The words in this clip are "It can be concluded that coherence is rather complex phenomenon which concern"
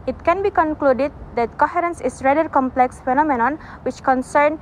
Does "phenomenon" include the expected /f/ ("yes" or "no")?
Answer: yes